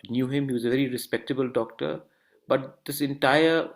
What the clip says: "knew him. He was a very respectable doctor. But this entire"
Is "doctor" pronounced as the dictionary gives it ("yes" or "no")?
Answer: yes